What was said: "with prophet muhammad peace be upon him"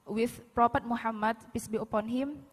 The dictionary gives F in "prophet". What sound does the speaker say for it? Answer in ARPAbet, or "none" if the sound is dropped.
P